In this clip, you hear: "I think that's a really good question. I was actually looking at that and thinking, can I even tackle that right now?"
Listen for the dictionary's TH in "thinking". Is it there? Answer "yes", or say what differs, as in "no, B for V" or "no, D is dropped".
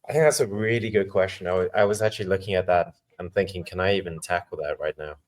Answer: yes